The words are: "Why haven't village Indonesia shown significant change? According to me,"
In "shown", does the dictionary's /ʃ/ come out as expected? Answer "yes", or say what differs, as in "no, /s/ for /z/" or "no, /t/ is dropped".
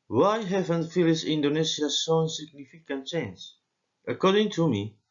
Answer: no, /s/ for /ʃ/